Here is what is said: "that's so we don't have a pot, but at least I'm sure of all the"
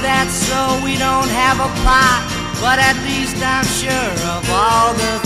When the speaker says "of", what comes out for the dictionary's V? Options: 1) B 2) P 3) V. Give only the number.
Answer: 3